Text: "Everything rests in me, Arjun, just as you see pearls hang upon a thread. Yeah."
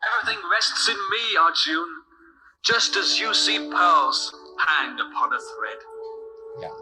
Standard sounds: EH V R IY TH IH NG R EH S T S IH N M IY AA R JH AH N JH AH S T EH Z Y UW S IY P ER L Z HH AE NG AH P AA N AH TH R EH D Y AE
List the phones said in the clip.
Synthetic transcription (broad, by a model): EH V R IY TH IH NG R EH S T S IH N M IY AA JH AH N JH AH S T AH Z Y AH S IY P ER L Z HH AE NG AH P AA N AH TH R EH D